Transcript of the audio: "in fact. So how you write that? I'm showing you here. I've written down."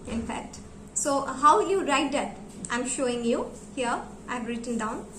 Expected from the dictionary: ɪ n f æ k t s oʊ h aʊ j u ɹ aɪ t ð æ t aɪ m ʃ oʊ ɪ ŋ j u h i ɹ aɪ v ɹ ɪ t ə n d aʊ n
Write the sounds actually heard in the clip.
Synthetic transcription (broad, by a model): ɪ n f æ k t s oʊ h aʊ j u ɹ aɪ t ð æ t aɪ m ʃ oʊ ɪ ŋ j u h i ɹ aɪ v ɹ ɪ t ə n d aʊ n